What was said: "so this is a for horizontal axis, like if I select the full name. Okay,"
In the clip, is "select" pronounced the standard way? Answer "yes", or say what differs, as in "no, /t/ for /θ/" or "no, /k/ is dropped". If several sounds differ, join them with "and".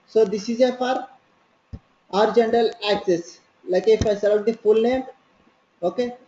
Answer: no, /k/ is dropped